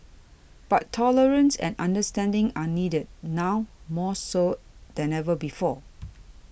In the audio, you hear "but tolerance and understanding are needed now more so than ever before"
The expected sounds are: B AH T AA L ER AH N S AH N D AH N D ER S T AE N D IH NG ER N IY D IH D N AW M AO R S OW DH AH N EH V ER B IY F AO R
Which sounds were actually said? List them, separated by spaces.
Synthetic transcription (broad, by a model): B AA T AA L ER AH N S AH N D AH N D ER S T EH N D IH NG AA N IY D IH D N AW M AO S OW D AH N EH V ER B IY F AO